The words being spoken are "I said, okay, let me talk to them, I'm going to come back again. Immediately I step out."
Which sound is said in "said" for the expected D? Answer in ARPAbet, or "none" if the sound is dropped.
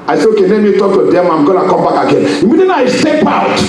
none